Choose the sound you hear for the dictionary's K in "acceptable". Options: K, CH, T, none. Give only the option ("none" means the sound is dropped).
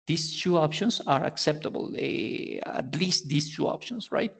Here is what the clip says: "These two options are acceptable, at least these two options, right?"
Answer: K